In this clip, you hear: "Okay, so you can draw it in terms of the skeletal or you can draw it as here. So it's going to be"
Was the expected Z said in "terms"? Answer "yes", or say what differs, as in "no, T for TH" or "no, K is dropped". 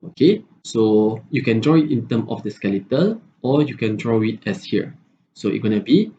no, Z is dropped